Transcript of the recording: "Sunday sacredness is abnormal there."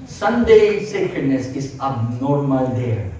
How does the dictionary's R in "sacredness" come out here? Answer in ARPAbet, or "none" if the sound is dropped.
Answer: none